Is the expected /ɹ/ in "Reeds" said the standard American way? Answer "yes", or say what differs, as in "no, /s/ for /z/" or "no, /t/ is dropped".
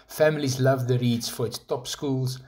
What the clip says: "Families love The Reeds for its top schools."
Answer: yes